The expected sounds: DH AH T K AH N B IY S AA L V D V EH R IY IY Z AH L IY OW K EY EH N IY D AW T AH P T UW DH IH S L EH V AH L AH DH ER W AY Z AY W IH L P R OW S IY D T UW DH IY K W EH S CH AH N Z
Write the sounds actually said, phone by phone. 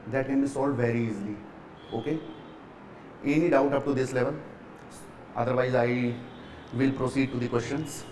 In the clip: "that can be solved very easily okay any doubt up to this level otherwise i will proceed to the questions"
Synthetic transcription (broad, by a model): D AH T K AH N B IY S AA L D V EH R IY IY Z L IY OW K EY EH N IY D AW T AH P T UW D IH S L EH V AH L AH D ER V AY Z AY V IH L P R OW S IY D T UW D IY K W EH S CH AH N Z